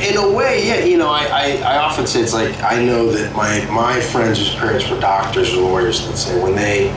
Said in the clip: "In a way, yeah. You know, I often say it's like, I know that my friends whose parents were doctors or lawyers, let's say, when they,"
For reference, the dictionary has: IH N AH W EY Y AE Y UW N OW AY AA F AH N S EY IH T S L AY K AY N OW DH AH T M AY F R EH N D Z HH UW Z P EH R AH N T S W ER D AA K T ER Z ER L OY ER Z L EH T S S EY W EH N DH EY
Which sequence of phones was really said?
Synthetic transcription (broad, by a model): IH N AH W EY Y AE Y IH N OW AY AA F AH N S EY IH T S L AY K AY N OW DH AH T M AY F R EH N D Z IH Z P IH R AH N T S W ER D AA K T ER Z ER L OY ER Z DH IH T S S EY W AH N DH EY